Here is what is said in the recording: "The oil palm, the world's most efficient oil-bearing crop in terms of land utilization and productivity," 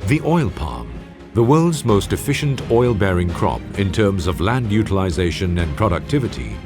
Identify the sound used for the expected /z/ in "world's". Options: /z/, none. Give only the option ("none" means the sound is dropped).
/z/